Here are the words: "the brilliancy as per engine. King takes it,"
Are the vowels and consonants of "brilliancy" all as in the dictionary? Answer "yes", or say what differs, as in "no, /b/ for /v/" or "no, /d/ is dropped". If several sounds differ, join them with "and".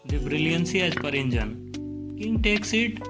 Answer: yes